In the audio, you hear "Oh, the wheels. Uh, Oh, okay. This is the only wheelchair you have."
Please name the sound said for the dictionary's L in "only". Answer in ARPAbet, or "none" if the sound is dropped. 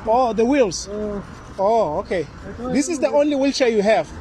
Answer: L